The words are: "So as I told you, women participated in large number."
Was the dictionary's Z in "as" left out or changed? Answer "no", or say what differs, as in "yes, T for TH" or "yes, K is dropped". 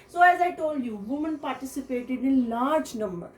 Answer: no